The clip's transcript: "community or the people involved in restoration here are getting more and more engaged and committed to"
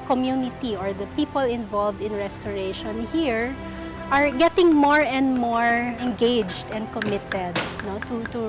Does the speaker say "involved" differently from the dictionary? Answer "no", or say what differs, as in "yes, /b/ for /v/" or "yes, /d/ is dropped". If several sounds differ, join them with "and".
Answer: no